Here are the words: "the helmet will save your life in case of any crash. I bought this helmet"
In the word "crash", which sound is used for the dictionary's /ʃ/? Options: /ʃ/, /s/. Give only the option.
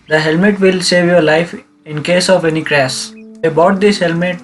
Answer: /s/